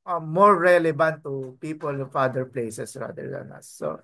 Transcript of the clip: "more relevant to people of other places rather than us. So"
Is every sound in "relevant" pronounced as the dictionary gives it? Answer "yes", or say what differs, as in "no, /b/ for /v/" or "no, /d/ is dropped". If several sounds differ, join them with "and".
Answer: no, /b/ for /v/